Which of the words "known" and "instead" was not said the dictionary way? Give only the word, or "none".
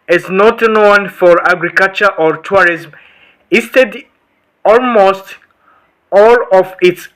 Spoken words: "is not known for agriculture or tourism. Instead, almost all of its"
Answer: instead